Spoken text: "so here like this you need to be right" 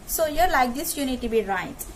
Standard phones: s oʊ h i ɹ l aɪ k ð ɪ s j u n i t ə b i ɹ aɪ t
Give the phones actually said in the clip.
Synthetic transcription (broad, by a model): s oʊ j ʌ ɹ l aɪ k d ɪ s j u n i t ə b i ɹ aɪ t